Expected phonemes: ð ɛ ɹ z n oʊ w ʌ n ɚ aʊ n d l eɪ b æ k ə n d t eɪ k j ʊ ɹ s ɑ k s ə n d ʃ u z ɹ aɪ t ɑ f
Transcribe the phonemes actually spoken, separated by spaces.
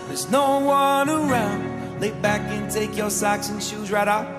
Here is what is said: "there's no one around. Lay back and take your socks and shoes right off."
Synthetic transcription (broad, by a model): ð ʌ ɹ z n oʊ w ʌ n ɚ aʊ n d l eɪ b æ k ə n t eɪ k j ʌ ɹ s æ k s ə n ʃ u z ɹ aɪ t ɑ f